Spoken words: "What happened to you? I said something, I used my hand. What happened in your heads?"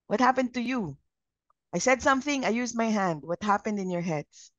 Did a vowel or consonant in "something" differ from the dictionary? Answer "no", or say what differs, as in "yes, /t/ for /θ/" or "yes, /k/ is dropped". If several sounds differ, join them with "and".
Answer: no